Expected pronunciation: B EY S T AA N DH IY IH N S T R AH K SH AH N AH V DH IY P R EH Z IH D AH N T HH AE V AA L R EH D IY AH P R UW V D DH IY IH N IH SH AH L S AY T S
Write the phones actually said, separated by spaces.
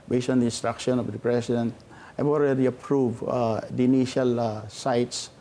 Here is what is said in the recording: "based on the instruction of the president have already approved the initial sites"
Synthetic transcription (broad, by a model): B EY S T AA N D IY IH N S T R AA K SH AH N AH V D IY P R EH S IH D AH N T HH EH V AA L R EH D IY AH P R UW V D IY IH N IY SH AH L S AY T S